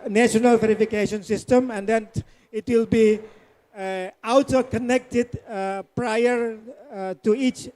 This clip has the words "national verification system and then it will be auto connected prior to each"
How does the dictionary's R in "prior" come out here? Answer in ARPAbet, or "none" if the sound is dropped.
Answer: R